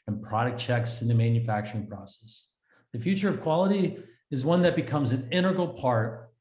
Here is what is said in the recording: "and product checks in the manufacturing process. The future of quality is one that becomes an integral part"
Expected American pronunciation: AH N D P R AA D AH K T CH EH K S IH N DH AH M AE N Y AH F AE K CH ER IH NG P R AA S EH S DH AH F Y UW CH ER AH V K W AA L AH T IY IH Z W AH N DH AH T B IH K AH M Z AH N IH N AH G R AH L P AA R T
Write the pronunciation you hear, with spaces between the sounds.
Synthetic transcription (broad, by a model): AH N P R AA D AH K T CH EH K S IH N DH AH M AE N Y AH F AE K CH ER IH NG P R AA S EH S DH AH F Y UW CH ER AH V K W AA L AH T IY IH Z W AH N DH AH T B IH K AH M Z AH N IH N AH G L P AA R T